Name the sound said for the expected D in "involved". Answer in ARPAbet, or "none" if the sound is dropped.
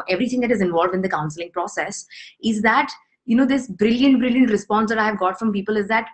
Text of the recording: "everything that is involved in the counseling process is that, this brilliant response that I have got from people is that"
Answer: D